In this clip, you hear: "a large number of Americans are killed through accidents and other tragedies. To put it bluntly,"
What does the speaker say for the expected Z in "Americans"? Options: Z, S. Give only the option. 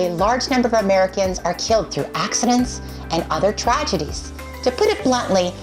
Z